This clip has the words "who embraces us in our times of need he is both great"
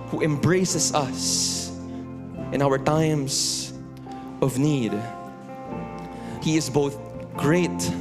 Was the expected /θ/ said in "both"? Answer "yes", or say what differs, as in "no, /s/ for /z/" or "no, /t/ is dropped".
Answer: yes